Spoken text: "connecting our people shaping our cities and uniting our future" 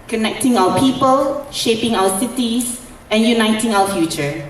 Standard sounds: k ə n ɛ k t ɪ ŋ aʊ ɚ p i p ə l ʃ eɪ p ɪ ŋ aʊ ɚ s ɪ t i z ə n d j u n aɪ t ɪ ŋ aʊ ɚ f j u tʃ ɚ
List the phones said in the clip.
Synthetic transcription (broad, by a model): k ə n ɛ k t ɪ ŋ aʊ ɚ p i p ə l ʃ eɪ p ɪ ŋ aʊ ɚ s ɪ t i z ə n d j u n aɪ t ɪ ŋ aʊ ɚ f j u tʃ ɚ